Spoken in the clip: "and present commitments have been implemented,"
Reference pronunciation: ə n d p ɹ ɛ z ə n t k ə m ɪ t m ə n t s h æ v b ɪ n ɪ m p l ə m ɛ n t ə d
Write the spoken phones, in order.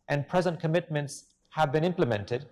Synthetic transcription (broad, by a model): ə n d p ɹ ɛ z ə n t k ə m ɪ t m ə n t s h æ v b ɪ n ɪ m p l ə m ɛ n t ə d